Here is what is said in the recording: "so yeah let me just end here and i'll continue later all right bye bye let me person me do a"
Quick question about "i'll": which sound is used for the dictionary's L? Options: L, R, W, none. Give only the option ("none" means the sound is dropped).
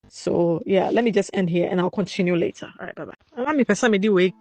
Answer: L